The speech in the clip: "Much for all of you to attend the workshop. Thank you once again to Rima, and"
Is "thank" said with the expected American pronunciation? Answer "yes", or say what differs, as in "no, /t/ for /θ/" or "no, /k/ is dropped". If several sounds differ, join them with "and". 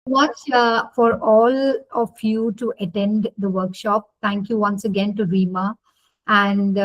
no, /t/ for /θ/